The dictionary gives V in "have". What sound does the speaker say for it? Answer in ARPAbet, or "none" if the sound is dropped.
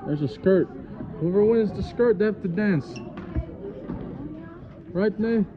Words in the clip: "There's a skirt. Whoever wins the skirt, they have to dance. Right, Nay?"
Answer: F